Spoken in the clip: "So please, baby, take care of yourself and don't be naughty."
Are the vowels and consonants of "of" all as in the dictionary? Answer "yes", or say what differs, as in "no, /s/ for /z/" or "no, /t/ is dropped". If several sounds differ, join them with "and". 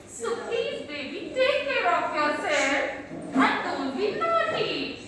no, /p/ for /v/